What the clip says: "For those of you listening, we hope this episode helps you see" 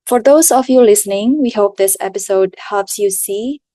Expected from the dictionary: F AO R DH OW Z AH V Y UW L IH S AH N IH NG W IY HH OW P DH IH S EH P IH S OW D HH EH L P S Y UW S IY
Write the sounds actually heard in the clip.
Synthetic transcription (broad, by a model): F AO R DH OW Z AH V Y UW L IH S AH N IH NG W IY HH OW P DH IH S EH P IH S OW D HH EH P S Y UW S IY